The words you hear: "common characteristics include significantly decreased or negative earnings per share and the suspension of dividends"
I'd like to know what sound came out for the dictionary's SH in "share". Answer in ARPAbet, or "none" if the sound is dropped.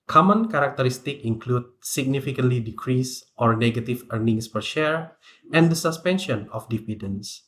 SH